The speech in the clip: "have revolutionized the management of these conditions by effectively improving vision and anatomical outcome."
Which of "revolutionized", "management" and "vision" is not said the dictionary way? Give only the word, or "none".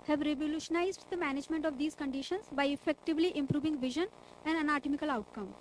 none